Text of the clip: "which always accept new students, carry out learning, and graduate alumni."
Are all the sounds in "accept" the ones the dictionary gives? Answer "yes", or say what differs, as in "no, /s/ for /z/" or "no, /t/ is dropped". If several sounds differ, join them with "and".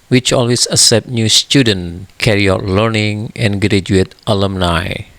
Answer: no, /k/ is dropped